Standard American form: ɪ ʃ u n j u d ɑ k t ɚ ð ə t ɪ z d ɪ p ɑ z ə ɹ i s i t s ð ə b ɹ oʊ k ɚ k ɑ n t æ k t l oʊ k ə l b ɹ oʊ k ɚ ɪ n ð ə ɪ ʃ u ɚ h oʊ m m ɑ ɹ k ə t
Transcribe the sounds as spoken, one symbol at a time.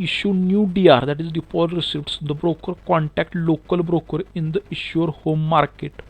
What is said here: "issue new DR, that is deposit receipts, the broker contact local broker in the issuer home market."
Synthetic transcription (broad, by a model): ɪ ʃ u n j u d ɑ t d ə t ɪ z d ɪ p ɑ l ɹ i s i t s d ə b ɹ oʊ k ɚ k ɑ n t æ k t l oʊ k ə l b ɹ oʊ k ɚ ɪ n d ə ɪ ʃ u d h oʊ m m ɑ ɹ k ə t